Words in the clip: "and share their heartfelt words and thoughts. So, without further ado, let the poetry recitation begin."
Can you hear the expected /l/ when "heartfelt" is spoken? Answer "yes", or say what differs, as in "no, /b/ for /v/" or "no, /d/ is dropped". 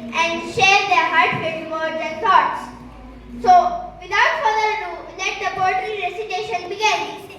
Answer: no, /l/ is dropped